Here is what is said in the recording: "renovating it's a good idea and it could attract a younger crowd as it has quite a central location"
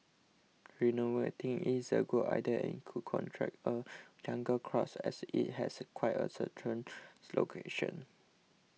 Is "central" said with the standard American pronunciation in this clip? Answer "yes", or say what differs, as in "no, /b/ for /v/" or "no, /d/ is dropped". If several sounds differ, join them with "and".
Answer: no, /n/ is dropped and /ɹ/ is dropped and /n/ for /l/